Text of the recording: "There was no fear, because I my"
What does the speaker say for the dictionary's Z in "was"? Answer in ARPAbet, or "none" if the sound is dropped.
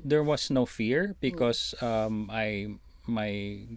S